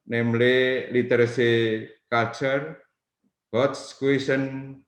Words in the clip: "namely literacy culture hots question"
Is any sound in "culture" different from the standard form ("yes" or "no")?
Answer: yes